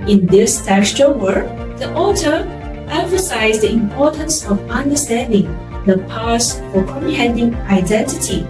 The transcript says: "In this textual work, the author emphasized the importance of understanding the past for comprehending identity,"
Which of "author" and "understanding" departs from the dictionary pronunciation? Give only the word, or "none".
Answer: author